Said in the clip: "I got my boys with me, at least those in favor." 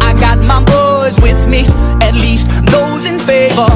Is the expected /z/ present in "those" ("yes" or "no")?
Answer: yes